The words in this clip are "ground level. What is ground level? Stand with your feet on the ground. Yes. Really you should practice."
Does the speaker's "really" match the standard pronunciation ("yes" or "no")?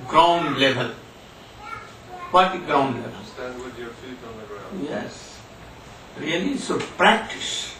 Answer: no